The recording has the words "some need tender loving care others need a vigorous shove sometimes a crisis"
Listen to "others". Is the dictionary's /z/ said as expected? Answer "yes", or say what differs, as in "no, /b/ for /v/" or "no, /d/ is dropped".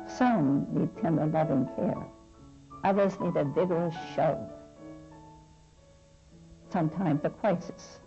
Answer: yes